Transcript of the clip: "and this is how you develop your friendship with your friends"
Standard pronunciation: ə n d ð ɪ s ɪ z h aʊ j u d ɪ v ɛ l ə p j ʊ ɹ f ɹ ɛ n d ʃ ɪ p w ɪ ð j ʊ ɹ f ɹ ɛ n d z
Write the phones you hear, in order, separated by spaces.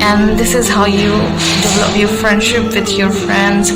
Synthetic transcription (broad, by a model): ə n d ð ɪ s ɪ z h aʊ j u d ɪ v ɛ l ə p j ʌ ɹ f ɹ ɛ n d ʃ ɪ p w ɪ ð j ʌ ɹ f ɹ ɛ n d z